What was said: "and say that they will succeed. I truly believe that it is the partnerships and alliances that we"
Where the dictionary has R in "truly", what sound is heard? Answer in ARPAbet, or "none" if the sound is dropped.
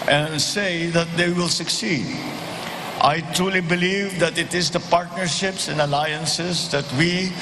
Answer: R